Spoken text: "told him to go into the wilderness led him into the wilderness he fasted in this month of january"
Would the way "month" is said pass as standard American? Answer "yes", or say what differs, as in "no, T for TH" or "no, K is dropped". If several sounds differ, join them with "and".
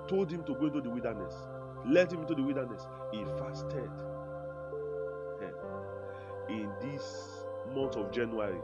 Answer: no, T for TH